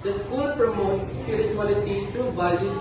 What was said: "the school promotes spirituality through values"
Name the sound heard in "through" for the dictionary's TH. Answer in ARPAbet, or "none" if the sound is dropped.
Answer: T